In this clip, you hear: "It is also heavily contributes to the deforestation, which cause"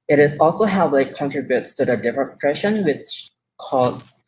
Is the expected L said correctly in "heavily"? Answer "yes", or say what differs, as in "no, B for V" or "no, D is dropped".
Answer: no, L is dropped